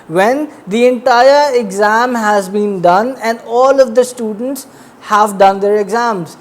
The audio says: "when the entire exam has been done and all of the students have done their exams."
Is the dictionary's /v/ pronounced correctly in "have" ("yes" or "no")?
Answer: yes